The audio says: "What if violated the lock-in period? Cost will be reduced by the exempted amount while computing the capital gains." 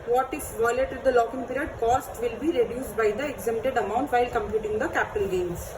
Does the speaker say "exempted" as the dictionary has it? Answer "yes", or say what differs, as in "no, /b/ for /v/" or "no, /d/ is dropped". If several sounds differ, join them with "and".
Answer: no, /p/ is dropped